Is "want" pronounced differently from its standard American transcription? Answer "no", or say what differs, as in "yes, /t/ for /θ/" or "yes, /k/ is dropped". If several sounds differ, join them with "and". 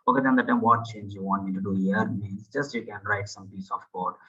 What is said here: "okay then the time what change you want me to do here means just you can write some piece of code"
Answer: no